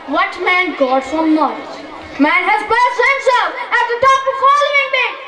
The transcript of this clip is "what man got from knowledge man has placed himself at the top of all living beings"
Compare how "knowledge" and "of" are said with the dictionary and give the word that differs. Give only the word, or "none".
of